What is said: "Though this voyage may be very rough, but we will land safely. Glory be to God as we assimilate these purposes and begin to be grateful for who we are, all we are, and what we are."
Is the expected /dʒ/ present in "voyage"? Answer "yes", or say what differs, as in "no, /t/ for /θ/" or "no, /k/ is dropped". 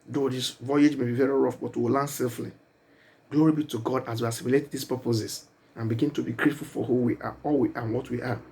yes